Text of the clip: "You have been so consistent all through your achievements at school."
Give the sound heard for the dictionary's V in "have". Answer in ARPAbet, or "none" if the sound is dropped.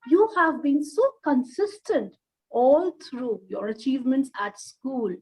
V